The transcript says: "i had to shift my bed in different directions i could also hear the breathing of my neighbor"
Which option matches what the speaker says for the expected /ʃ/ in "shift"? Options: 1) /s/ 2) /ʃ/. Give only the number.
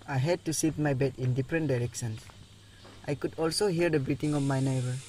1